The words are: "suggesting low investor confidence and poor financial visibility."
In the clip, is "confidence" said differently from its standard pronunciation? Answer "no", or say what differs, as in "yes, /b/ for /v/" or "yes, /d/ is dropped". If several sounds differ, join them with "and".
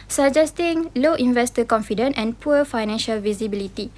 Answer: yes, /s/ is dropped